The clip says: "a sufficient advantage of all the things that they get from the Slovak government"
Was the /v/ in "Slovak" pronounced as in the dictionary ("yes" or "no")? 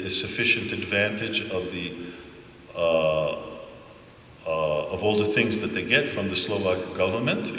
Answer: yes